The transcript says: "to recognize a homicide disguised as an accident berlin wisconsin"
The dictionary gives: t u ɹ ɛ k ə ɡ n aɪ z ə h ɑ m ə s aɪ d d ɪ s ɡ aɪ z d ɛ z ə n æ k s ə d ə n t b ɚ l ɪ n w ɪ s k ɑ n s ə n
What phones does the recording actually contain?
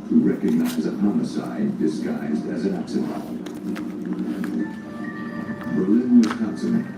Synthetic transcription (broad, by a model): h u ɹ ɛ k ə ɡ n aɪ z ə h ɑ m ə s aɪ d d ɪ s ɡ aɪ z d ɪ z ə n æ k s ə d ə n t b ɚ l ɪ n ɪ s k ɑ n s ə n